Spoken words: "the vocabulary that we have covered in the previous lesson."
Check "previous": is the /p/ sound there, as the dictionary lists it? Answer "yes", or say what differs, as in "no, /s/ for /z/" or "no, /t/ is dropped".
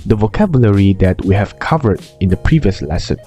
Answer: yes